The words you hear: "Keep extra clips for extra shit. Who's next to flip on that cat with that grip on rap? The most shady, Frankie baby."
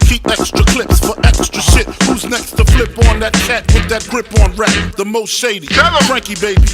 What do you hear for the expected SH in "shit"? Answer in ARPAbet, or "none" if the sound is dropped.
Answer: S